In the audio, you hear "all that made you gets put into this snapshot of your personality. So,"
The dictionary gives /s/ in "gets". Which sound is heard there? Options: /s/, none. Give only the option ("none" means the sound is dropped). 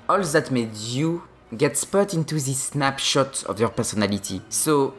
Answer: /s/